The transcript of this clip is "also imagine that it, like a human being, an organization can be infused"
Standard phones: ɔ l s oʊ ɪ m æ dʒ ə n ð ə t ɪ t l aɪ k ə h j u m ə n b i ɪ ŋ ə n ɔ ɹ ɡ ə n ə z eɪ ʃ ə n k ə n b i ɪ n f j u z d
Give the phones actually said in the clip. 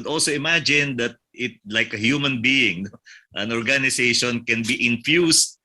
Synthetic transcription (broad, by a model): ɔ l s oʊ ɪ m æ dʒ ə n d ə t ɪ t l aɪ k ə h j u m ə n b i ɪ ŋ ə n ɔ ɹ ɡ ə n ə s eɪ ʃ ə n k ə n b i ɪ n f j u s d